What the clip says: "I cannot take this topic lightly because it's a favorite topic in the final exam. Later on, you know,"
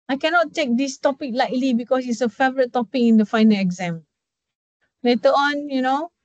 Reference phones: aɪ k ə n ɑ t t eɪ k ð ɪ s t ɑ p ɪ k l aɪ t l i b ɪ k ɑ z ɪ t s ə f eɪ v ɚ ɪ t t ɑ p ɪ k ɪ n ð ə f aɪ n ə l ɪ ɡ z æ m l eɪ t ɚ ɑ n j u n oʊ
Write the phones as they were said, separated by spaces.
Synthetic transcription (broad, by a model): aɪ k ə n ɑ t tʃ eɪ k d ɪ s t ɑ p ɪ k l aɪ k l i b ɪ k ɑ s ɪ t s ə f eɪ v ɚ ɪ t t ɑ p ɪ k ɪ n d ə f aɪ n ə l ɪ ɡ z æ m l eɪ t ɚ ɑ n j u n oʊ